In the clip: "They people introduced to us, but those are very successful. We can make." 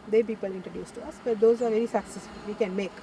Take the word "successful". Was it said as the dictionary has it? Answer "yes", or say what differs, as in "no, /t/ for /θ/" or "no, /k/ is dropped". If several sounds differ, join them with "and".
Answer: no, /f/ is dropped